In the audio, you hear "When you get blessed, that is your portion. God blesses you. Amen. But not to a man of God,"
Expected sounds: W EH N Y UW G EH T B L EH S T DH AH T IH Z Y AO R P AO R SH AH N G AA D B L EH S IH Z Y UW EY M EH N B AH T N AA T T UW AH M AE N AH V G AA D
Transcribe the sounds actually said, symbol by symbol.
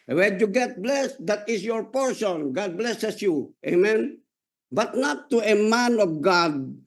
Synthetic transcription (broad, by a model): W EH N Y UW G EH T B L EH S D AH T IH S Y AO R P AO R S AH N G AA D B L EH S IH S Y UW EY M EH N B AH T N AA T T UW AH M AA N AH F G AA D